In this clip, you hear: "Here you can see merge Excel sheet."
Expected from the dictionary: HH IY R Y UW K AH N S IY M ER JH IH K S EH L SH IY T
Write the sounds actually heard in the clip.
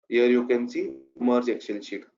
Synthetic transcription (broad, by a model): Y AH R Y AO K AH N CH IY M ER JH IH K SH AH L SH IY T